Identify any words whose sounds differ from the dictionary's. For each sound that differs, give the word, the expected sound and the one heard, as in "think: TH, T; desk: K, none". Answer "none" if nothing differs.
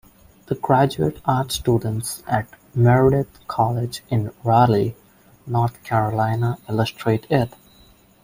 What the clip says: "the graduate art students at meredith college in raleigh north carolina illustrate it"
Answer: meredith: TH, T; north: TH, T